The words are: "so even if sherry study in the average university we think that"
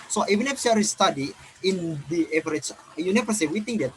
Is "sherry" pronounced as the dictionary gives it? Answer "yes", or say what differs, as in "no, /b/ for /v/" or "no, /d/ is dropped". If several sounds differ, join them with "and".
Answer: no, /s/ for /ʃ/